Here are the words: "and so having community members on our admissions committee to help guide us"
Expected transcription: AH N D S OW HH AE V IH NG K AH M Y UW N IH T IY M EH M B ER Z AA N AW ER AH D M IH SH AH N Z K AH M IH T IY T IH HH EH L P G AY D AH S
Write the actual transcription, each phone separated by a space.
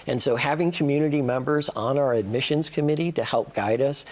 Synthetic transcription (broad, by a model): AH N S OW HH AE V IH NG K AH M Y UW N IH T IY M EH M B ER Z N AW ER AH D M IH SH AH N Z K AH M IH T IY T IH HH EH L P G AY D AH S